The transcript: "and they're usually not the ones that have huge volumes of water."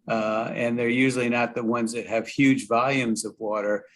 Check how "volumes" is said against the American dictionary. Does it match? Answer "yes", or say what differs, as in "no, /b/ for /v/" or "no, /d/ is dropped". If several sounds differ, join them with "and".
yes